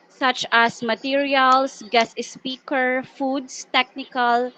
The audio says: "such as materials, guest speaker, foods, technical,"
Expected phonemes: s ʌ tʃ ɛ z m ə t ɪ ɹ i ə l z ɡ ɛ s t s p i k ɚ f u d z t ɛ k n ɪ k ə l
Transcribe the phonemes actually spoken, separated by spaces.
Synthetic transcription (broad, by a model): s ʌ tʃ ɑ s m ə t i ɹ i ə l s ɡ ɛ s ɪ s p i k ɚ f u d s t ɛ k n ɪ k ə l